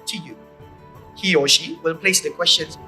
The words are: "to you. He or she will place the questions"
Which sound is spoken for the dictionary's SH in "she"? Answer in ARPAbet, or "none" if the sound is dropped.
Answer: SH